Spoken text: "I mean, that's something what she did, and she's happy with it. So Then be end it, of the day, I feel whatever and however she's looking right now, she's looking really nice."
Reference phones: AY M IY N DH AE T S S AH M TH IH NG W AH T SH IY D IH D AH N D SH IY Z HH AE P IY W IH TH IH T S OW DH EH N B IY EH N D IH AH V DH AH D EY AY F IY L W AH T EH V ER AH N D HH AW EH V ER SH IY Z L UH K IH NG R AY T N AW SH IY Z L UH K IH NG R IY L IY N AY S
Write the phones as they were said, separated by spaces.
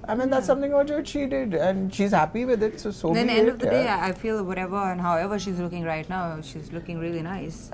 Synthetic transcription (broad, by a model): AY M IY N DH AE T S S AH M T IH NG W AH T SH IY D IH D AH N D SH IY Z HH AE P IY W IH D IH T S OW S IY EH D AH V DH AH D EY AY F IY L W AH T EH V ER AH N HH AW EH V ER SH IY Z L UH K IH NG R AY T N AW SH IY Z L UH K IH NG R IY L IY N AY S